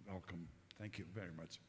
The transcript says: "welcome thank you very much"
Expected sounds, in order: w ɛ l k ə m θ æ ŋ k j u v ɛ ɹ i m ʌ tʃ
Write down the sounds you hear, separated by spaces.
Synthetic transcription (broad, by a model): w ɛ l k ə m θ æ ŋ k j u v ɛ ɹ i m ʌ tʃ